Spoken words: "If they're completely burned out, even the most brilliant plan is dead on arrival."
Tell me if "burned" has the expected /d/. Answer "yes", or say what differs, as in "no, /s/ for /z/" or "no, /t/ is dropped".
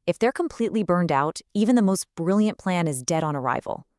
yes